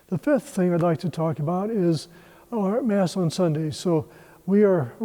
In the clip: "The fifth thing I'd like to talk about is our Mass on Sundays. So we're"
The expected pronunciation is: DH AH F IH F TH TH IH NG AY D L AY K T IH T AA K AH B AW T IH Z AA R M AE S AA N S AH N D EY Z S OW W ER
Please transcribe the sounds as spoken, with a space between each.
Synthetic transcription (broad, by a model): DH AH F IH F TH TH IH NG AY D L AY K T IH T AA K AH B AW T IH Z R M AE S N S AH N D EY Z S OW W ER